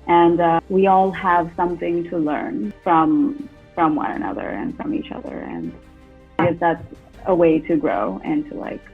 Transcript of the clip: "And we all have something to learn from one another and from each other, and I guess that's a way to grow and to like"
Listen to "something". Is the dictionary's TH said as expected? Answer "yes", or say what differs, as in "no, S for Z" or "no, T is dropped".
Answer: yes